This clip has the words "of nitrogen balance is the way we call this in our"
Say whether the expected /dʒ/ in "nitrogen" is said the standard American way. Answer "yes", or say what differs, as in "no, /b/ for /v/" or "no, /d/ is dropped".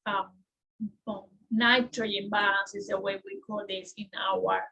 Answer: no, /dʒ/ is dropped